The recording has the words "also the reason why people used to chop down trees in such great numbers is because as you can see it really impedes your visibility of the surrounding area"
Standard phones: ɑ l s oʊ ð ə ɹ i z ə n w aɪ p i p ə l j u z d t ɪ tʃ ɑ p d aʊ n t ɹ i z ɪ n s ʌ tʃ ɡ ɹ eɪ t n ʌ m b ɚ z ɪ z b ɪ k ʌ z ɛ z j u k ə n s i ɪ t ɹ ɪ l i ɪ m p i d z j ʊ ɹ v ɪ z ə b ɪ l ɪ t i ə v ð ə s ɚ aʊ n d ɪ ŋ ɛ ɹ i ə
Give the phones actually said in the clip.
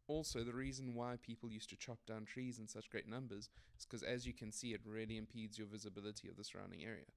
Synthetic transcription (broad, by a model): ɑ l s oʊ ð ə ɹ i z ə n w aɪ p i p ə l j u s t ɪ tʃ ɑ p d aʊ n t ɹ i z ɪ n s ʌ tʃ ɡ ɹ eɪ t n ʌ m b ɚ z ɪ z k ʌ z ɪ z j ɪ k ə n s i ɪ t ɹ ɪ l i ɪ m p i d z j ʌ ɹ v ɪ z ə b ɪ l ɪ t i ə v ð ə s ɚ aʊ n d ɪ ŋ ɛ ɹ i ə